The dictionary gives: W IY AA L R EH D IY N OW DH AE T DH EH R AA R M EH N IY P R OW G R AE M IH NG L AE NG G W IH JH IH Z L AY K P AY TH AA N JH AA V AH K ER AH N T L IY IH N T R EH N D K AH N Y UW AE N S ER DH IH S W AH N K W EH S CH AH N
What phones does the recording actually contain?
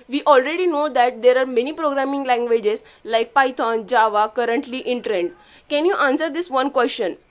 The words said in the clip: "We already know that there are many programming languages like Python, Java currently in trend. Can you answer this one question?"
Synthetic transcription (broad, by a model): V IY AA L R EH D IY N OW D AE T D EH R AA R M EH N IY P R OW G R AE M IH NG L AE NG G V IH JH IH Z L AY K P AY T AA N JH AA V AH K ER AH N T L IY IH N T R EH N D K AH N Y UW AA N S ER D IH S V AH N K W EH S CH AH N